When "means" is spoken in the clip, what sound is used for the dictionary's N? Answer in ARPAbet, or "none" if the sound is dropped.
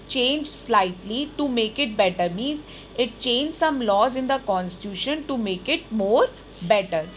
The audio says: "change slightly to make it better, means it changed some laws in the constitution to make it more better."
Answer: N